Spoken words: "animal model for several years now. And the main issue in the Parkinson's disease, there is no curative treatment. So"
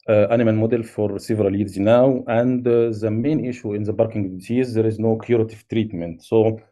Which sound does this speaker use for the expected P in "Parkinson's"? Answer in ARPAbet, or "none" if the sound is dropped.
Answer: B